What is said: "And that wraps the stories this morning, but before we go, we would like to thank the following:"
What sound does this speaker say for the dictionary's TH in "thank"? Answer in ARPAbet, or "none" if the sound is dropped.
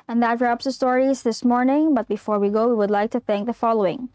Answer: TH